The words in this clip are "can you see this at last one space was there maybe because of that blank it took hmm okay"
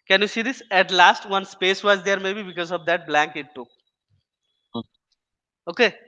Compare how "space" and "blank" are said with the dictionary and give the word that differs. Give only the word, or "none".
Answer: none